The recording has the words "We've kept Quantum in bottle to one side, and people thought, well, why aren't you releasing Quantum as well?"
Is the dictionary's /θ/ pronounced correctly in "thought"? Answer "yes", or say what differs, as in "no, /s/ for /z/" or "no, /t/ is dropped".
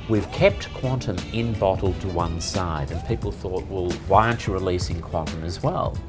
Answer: yes